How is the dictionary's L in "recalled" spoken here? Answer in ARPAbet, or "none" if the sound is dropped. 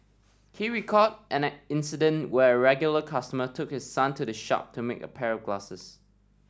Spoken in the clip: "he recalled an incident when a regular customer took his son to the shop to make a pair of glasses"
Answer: none